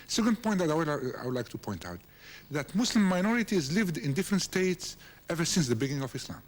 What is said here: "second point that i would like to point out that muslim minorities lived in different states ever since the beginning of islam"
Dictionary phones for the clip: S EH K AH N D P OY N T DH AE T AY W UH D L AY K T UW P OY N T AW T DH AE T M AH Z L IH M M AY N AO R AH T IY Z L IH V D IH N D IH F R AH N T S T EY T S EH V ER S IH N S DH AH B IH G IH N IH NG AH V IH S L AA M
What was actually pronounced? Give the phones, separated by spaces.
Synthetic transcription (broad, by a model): S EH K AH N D P OY N T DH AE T AY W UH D L AY K T UW P OY N T AW T DH AE T M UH S L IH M M AY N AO R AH T IY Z L IH V D IH N D IH F R AH N T S T EY T S EH V ER S IH N S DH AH B IH G IH N IH NG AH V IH S L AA M